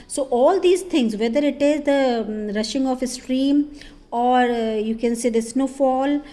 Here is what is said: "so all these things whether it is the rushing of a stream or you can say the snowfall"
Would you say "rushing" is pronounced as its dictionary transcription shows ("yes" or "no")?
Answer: yes